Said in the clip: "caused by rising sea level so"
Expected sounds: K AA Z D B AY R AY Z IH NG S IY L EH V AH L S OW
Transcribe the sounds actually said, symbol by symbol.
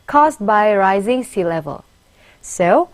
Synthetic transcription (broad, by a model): K AA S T B AY R AY Z IH NG S IY L EH V AH L S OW